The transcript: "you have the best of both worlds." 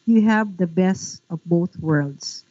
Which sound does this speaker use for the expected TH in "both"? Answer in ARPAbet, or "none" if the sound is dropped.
TH